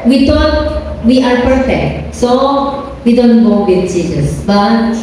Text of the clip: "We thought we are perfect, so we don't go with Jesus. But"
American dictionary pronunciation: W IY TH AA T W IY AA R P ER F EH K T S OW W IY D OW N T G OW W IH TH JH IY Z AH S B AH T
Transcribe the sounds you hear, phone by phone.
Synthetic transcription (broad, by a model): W IY T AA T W IY AA R P ER F EH K T S OW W IY D OW N T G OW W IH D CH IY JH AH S B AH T